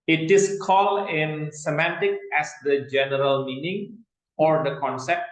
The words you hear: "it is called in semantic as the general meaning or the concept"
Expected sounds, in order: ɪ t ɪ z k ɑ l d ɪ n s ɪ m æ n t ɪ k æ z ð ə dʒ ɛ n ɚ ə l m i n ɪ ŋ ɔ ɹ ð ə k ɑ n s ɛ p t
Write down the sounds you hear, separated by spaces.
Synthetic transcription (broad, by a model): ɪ t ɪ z k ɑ l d ɪ n s ɪ m æ n t ɪ k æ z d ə dʒ ɛ n ɚ ə l m i n ɪ ŋ ɔ ɹ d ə k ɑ n s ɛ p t